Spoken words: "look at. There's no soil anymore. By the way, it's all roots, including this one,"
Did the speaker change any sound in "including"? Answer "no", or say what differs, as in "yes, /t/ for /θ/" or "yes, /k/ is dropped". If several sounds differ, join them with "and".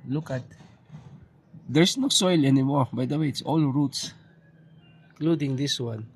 yes, /n/ is dropped